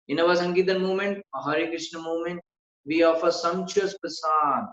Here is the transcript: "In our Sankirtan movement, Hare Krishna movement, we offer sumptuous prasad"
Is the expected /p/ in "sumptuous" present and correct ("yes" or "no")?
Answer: no